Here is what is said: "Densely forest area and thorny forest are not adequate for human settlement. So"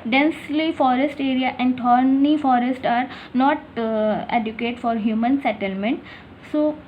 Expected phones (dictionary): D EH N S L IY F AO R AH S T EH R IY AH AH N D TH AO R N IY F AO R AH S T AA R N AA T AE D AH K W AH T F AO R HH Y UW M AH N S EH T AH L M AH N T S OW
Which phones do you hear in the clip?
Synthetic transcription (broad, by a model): D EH N S L IY F AO R AH S T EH R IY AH AH N D T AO R N IY F AO R AH S T AA R N AA T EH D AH K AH T F AO R HH Y UW M AH N S EH T AH L M AH N T S OW